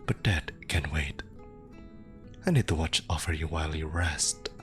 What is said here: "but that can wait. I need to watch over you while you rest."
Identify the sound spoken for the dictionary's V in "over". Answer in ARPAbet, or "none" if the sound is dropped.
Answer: F